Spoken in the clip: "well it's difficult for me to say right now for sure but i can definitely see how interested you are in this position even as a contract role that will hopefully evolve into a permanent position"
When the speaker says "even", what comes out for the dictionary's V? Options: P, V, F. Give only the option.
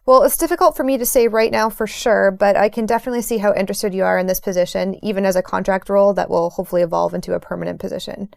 V